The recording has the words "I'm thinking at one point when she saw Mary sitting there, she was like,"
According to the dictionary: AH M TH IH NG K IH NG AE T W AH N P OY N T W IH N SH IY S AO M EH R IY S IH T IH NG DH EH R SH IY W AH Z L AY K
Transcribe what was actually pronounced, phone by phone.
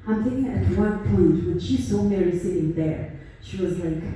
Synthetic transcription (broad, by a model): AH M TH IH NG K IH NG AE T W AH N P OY T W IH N SH IY S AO M EH R IY S IH T IH NG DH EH R SH IY W AH Z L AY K